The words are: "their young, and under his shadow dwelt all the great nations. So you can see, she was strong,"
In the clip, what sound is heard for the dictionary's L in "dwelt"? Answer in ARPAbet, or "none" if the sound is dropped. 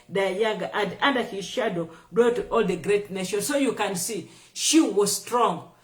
none